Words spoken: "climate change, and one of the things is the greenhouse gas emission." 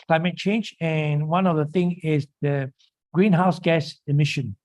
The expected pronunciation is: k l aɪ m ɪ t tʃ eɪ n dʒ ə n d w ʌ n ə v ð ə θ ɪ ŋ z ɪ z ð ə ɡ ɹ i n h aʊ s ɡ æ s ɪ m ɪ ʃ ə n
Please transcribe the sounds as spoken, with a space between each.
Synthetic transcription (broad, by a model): k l aɪ m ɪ t tʃ eɪ n dʒ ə n w ʌ n ə v ð ə θ ɪ ŋ ɪ z ð ə ɡ ɹ i n h aʊ s ɡ æ s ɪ m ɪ ʃ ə n